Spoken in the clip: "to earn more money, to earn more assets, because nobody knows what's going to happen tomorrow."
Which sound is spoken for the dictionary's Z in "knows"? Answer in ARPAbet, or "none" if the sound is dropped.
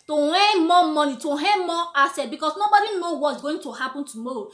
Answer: none